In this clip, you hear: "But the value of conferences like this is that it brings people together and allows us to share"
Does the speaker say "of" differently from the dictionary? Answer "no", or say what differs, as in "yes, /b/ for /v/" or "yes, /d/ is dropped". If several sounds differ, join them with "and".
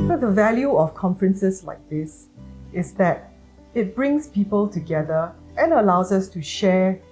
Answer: yes, /f/ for /v/